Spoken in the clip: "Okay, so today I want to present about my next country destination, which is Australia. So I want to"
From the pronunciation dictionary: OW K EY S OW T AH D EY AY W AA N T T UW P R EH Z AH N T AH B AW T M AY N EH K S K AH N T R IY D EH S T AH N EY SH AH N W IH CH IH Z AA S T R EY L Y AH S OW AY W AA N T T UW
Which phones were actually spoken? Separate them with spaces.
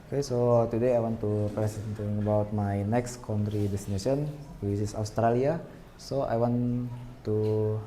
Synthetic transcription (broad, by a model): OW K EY S OW T AH D EY AY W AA N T T UW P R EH S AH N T AH B AW T M AY N EH K S K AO N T R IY D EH S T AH N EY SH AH N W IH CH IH S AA S T R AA L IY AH S OW AY W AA N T T UW